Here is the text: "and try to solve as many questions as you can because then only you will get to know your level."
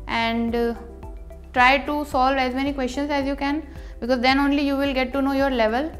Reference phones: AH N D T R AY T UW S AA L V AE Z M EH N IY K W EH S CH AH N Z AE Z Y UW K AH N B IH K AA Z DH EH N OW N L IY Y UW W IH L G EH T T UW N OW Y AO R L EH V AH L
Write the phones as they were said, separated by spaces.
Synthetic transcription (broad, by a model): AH N D T R AY T UW S AA L V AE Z M EH N IY K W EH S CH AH N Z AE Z Y UW K AH N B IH K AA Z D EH N OW N L IY Y UW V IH L G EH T T UW N OW Y AO R L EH V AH L